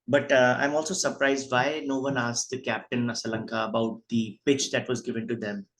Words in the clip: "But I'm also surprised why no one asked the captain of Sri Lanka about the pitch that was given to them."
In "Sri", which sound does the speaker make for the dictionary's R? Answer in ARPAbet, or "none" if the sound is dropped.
none